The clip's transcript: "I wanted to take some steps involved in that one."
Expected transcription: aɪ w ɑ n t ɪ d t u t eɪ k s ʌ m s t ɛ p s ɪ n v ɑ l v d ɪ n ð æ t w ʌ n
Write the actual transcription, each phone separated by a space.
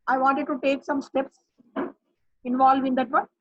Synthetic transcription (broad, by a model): aɪ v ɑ n t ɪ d t u t eɪ k s ʌ m s t ɛ p s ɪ n v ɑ l v ɪ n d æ t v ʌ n